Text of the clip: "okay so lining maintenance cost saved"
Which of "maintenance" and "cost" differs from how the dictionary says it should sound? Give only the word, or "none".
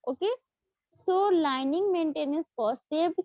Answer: cost